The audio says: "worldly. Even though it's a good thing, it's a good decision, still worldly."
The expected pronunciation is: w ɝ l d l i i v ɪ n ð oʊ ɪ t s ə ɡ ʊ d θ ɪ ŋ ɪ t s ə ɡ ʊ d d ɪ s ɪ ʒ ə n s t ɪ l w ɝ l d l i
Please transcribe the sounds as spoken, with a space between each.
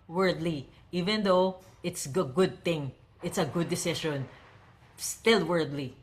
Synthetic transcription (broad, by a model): w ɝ d l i i v ɪ n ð oʊ ɪ t s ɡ ɡ ʊ d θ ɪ ŋ ɪ t s ə ɡ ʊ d d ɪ s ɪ ʃ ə n s t ɪ l w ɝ d l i